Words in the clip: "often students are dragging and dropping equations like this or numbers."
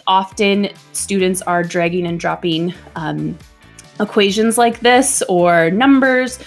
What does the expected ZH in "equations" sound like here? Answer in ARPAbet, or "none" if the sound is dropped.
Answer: ZH